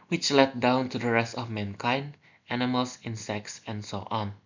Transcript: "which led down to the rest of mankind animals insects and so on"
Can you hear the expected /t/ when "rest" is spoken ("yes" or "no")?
yes